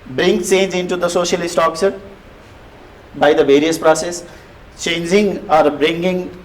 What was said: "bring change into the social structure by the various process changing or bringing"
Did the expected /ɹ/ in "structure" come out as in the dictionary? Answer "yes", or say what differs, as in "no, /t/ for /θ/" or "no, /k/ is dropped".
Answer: no, /ɹ/ is dropped